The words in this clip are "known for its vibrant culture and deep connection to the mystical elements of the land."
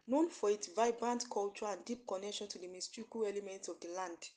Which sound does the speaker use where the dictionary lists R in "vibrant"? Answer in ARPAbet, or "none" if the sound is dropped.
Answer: R